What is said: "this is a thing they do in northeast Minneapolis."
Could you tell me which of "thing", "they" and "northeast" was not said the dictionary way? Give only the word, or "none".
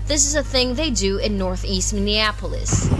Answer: none